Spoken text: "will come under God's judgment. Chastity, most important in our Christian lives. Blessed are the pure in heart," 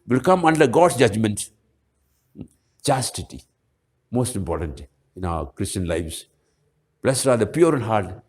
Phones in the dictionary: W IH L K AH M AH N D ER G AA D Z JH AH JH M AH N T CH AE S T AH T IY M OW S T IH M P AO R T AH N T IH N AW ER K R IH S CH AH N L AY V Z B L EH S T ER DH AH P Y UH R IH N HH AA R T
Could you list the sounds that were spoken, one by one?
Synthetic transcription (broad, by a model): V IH L K AH M AH N D ER G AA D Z JH AH JH M AH N T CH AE S T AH T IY M OW S T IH M P AO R T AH N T IH N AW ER K R IH S CH AH N L AY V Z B L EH S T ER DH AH P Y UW R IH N HH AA R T